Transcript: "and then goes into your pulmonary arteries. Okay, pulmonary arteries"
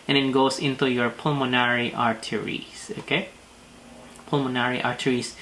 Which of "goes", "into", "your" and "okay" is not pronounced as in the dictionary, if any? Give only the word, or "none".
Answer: goes